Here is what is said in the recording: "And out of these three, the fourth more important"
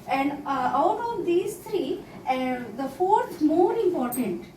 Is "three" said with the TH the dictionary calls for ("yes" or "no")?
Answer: no